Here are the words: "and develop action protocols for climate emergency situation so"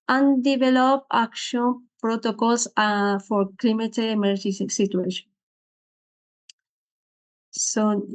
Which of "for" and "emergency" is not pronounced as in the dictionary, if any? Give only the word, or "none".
emergency